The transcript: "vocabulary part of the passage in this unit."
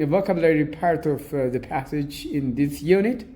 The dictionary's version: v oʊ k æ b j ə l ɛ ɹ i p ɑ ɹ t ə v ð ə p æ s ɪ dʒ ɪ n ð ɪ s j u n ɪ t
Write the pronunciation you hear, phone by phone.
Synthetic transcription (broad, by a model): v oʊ k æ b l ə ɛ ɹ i p ɑ ɹ t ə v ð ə p æ s ɪ dʒ ɪ n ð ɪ s j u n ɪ t